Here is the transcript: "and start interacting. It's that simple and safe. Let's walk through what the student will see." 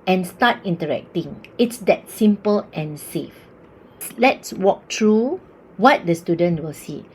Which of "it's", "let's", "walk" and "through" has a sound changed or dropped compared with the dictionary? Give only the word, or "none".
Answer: through